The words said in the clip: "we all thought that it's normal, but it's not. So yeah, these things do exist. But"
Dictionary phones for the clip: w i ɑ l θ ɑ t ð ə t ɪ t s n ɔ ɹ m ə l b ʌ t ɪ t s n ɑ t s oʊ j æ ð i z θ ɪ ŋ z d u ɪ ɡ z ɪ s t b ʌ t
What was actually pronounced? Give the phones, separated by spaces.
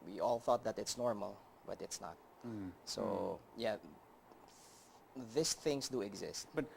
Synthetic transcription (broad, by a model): w i ɑ l θ ɑ t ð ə t ɪ t s n ɔ ɹ m ə l b ʌ t ɪ t s n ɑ t s oʊ j æ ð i s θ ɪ ŋ s d u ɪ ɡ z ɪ s t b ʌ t